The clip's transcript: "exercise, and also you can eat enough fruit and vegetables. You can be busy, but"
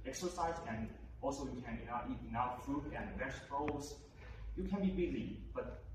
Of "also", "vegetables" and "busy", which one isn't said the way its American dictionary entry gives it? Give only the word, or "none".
vegetables